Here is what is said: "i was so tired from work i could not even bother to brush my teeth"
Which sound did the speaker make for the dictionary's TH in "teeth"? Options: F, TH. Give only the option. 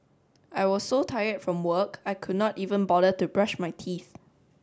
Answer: TH